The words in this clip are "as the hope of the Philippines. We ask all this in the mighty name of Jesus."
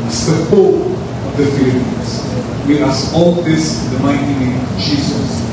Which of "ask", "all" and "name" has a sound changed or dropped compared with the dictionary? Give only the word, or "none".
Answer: ask